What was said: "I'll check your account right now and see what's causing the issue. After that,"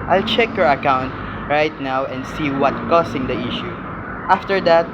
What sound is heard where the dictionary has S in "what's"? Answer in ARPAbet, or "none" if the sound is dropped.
none